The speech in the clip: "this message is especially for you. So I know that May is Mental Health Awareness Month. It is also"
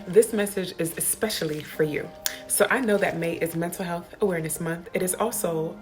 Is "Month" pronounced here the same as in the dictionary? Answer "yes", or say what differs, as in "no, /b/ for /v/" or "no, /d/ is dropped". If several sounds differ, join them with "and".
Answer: yes